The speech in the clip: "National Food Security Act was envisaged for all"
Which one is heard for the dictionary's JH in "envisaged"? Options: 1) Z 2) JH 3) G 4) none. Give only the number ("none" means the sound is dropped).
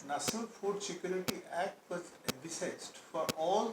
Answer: 1